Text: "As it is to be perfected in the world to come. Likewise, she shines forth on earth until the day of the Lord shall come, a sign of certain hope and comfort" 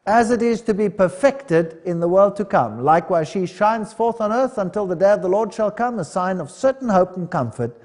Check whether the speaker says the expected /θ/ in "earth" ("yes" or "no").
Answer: yes